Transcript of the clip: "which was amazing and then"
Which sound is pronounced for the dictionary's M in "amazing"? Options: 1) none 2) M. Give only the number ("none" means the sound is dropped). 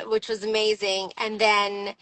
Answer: 2